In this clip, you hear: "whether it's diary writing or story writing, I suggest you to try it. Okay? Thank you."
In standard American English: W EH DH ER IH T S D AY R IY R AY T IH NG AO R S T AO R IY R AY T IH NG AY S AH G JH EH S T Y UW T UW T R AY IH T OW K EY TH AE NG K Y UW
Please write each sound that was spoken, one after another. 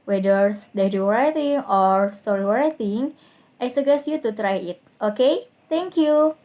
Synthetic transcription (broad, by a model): W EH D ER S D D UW W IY R AY T IH NG AO R S T AO R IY R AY T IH NG AY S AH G EH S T Y UW T UW T R AY IH T OW K EY T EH NG K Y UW